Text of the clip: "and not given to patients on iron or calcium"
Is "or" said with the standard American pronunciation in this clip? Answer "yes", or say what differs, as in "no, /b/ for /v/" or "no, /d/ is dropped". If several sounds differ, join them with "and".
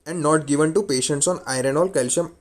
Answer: no, /l/ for /ɹ/